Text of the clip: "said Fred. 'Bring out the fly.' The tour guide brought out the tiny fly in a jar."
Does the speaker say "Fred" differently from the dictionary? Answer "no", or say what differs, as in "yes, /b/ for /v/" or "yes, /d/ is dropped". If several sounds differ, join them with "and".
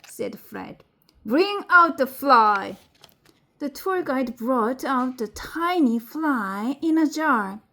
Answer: no